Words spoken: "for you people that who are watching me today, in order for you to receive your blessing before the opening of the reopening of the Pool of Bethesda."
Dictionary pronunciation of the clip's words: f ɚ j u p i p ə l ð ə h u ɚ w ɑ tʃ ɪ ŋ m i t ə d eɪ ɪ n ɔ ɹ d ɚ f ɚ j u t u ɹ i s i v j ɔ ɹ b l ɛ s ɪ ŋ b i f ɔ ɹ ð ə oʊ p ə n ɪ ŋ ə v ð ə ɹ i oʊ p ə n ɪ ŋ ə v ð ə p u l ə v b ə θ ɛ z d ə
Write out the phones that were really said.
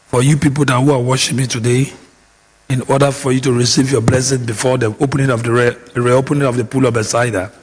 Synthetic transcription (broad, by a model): f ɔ j u p i p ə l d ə h u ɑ w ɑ ʃ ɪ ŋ m i t ə d eɪ ɪ n ɔ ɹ d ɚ f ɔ j u t u ɹ i s i v j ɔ b l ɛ s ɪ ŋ b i f ɔ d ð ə oʊ p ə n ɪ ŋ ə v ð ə ɹ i oʊ p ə n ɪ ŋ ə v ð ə p u l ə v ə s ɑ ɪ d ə